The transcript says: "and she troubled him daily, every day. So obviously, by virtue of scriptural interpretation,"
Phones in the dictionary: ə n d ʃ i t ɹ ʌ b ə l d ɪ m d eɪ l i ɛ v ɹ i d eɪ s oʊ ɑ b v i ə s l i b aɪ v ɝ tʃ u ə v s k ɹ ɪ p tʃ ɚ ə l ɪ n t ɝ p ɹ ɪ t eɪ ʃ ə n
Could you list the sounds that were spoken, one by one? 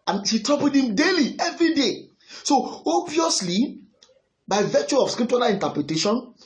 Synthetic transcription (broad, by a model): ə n ʃ i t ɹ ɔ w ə d ɪ m d eɪ l i ɛ v ɹ i d eɪ s oʊ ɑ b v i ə s l i b aɪ v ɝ tʃ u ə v s k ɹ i p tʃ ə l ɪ n t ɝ p ɹ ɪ t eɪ ʃ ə n